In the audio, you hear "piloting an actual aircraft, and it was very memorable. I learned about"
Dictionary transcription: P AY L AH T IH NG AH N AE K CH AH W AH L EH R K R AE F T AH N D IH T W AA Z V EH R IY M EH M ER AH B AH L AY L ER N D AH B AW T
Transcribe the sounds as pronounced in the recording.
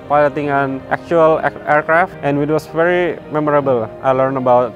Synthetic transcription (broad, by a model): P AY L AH T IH NG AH N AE K CH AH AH L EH R K R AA F T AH N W IH T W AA S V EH R IY M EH M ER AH B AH L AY L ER N AH B AW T